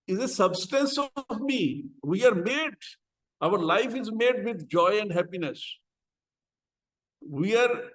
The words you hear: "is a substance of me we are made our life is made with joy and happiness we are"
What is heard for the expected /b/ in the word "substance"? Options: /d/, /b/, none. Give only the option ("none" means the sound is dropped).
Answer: /b/